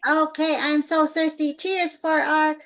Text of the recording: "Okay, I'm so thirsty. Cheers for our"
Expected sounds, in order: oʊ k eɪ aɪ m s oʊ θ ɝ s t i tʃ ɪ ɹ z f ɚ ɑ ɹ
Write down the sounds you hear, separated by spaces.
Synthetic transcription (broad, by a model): oʊ k eɪ aɪ m s oʊ θ ɝ s t i tʃ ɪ ɹ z f ɚ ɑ ɹ